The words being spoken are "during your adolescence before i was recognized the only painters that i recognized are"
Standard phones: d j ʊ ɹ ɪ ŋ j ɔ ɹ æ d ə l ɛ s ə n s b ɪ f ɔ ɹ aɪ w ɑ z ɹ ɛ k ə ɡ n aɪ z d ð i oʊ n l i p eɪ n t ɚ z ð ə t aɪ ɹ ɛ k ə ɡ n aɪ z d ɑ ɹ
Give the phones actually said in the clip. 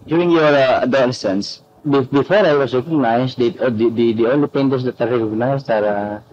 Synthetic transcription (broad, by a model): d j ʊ ɹ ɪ ŋ j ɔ ɹ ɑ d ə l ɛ s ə n s b ɪ f ɔ ɹ aɪ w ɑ s ɹ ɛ k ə ɡ n aɪ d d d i oʊ n l i p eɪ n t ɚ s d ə t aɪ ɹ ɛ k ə ɡ n aɪ s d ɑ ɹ